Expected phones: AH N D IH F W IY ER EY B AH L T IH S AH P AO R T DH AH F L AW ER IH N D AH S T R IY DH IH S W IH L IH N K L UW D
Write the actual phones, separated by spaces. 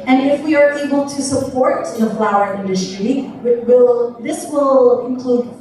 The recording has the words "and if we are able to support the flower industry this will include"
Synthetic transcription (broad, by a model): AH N IH F W IY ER EY B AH L T IH S AH P AO R T DH AH F L AW ER IH N D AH S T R IY DH IH S W IH L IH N K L UW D